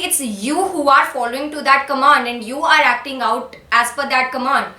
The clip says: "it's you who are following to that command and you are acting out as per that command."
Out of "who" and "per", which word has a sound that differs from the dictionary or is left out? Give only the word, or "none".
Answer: per